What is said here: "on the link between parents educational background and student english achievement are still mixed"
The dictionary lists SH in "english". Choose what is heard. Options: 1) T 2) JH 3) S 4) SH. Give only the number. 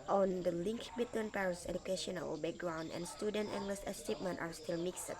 3